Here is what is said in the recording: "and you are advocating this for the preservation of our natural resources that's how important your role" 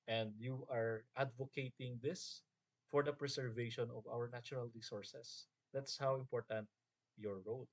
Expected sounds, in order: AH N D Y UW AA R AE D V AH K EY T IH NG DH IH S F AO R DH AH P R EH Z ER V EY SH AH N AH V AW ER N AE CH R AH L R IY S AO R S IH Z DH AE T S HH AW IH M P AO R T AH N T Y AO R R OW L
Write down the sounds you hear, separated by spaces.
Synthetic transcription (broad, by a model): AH N D Y UW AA R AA D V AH K EY T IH NG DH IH S F AO R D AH P R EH S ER V EY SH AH N AH V AW ER N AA CH R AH L R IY S AO R S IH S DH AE T S HH AW IH M P AO R T AH N T Y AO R R OW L